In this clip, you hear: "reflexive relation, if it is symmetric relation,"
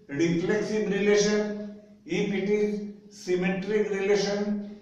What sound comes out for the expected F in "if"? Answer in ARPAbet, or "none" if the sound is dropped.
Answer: P